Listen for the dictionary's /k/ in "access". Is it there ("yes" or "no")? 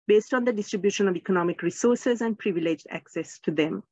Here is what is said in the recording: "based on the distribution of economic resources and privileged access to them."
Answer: yes